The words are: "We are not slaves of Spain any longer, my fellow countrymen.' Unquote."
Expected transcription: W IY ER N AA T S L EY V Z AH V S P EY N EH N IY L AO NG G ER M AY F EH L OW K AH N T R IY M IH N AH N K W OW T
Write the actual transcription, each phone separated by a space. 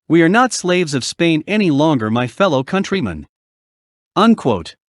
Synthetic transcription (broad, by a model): W IY ER N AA T S L EY V Z AH V S P EY N EH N IY L AO NG G ER M AY F EH L OW K AH N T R IY M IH N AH N K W OW T